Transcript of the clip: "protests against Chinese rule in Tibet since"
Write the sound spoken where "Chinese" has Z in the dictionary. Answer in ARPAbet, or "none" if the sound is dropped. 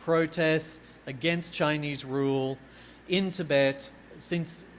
Z